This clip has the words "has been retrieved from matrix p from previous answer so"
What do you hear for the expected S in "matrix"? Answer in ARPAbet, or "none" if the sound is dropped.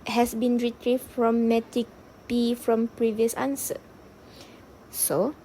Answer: none